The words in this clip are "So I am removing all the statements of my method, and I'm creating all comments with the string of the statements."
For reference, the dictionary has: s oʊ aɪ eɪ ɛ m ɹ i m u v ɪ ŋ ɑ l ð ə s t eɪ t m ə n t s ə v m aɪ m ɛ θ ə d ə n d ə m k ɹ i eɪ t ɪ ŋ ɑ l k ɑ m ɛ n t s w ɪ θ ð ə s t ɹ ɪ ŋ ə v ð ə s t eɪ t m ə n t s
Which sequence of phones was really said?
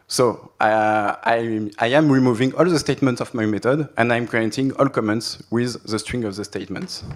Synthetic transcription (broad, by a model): s oʊ aɪ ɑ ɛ m ɹ i m u v ɪ ŋ ɑ l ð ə s t eɪ t m ə n t s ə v m aɪ m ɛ t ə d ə n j ə m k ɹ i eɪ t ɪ ŋ ɑ l k ɑ m ɛ n t s w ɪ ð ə s t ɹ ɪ ŋ ə v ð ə s t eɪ t m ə n t s